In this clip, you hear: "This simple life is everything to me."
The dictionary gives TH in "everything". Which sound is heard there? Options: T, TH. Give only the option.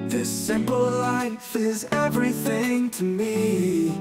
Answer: TH